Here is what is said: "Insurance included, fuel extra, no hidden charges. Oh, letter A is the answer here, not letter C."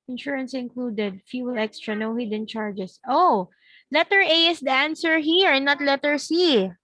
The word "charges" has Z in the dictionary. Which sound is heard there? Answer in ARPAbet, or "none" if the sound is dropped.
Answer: S